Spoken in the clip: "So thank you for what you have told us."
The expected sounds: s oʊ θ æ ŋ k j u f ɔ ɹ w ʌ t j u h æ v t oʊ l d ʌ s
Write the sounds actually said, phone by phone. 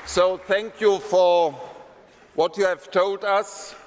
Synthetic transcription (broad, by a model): s oʊ θ æ ŋ k j u f ɔ ɹ w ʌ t j u h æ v t oʊ l d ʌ s